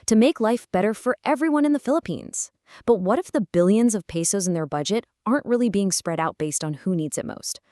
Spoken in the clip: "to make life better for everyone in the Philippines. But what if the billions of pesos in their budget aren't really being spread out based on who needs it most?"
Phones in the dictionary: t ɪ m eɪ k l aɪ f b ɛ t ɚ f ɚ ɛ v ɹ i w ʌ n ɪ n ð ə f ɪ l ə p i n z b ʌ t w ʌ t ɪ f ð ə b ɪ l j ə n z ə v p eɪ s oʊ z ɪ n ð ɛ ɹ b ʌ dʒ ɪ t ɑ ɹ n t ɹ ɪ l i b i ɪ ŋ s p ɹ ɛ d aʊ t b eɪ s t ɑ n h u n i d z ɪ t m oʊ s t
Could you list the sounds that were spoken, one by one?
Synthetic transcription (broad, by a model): t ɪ m eɪ k l aɪ f b ɛ t ɚ f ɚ ɛ v ɹ i w ʌ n ɪ n ð ə f ɪ l ə p i n z b ʌ t w ʌ t ɪ f ð ə b ɪ l j ə n z ə v p eɪ s oʊ z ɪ n ð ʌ ɹ b ʌ dʒ ɪ t ɑ ɹ n t ɹ ɪ l i b i ɪ ŋ s p ɹ ɛ d aʊ t b eɪ s t n h u n i d z ɪ t m oʊ s t